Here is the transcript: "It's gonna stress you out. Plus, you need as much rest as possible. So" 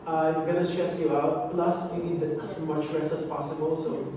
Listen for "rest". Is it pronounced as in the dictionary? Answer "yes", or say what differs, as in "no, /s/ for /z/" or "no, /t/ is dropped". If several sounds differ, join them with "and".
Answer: no, /l/ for /ɹ/